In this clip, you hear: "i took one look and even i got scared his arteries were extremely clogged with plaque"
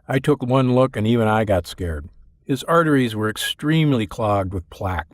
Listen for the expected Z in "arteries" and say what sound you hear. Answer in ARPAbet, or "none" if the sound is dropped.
Z